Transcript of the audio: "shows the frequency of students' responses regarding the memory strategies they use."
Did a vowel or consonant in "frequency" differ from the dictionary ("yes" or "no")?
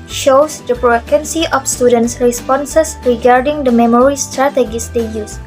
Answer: yes